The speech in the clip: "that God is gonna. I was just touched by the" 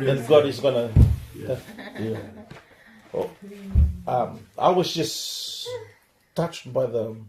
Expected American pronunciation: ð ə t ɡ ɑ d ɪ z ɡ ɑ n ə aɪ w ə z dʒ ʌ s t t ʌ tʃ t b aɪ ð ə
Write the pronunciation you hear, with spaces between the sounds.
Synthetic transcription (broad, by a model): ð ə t ɡ ɑ d ɪ z ɡ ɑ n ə aɪ w ə z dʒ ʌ s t t ʌ tʃ t b aɪ ð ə